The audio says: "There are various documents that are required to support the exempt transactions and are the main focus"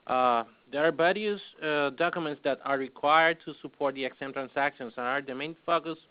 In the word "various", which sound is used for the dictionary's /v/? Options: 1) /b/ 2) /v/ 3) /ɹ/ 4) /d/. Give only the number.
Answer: 1